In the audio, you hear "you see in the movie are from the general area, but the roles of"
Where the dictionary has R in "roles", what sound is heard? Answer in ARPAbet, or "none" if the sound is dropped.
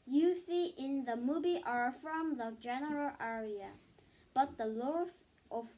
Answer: L